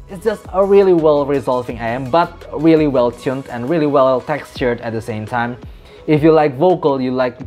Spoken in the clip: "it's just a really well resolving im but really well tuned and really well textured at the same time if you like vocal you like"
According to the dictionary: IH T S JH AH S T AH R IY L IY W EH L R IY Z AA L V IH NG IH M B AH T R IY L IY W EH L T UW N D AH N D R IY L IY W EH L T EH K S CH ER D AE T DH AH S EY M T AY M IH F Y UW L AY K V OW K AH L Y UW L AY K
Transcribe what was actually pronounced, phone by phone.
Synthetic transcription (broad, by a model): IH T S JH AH S T AH R IY L IY W EH L R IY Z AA L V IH NG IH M B AH T R IY L IY W EH L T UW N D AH N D R IY L IY W EH L T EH K S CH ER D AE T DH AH S EY M T AY M IH F Y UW L AY K V OW K AH L Y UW L AY K